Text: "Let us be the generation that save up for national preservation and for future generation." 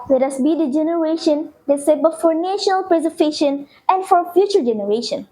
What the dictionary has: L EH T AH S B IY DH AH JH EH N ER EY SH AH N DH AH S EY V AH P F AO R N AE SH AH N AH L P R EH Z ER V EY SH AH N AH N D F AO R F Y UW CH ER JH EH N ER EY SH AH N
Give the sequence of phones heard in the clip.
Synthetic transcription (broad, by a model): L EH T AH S B IY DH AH JH EH N ER EY SH AH N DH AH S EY P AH F AO R N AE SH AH N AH L P R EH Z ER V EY SH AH N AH N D F AO R F Y UW CH ER JH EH N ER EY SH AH N